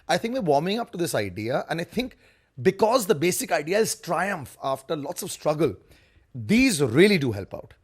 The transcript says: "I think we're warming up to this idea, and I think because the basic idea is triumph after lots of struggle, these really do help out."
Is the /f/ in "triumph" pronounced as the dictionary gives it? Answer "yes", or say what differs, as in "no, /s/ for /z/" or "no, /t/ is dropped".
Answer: yes